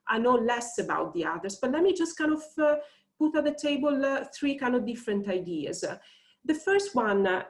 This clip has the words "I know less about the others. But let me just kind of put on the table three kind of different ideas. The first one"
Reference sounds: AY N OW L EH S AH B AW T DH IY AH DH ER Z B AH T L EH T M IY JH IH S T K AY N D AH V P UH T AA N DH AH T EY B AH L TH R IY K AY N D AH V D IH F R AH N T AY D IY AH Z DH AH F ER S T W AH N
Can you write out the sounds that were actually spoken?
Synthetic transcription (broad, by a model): AY N OW L EH S AH B AW T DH IY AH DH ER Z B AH T L EH T M IY JH IH S T K AY N D AH V P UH T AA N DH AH T EY B AH L TH R IY K AY N D AH V D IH F R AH N T AY D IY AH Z DH AH F ER S T W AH N